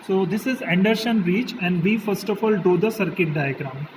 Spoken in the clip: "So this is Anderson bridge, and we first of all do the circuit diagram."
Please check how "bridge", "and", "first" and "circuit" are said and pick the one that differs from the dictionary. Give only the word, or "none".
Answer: bridge